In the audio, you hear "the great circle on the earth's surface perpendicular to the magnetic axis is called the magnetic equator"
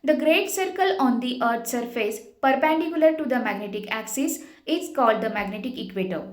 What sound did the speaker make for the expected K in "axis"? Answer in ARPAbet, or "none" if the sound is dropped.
K